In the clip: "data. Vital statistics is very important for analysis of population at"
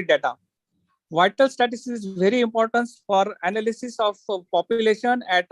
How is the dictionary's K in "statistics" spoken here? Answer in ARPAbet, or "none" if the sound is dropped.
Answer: none